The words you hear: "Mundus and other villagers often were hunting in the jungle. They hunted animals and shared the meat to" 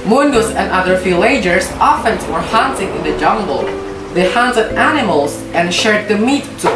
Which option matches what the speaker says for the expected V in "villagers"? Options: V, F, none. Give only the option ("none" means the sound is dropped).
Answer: F